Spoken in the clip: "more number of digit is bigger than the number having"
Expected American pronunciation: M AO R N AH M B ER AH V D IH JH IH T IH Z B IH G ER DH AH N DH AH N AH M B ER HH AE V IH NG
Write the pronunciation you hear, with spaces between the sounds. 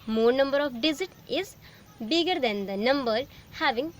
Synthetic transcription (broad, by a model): M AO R N AH M B ER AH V D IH Z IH T IH Z B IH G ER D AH N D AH N AH M B ER HH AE V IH NG